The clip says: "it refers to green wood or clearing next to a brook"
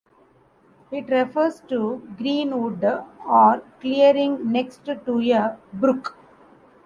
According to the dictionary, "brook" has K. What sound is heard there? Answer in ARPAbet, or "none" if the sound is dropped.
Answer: K